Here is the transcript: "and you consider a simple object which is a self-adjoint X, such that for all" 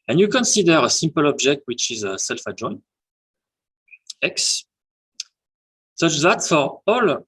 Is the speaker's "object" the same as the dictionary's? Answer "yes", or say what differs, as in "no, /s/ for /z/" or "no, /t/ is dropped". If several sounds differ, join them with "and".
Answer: yes